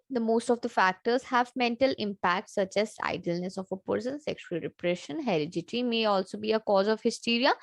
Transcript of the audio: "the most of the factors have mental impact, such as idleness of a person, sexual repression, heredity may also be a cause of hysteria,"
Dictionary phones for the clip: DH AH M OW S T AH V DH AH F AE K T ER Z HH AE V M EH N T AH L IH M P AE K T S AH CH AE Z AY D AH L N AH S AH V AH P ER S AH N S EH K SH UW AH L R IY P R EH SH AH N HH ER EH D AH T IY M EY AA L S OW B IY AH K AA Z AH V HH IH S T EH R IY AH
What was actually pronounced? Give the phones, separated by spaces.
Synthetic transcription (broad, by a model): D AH M OW S T AH V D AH F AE K T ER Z HH AE V M EH N T AH L IH M P AE K T S AH CH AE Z AY D AH L N AH S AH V AH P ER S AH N S EH K SH UW AH L R IY P R EH SH AH N HH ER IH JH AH T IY M EY AA L S OW B IY AH K AA Z AH V HH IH S T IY R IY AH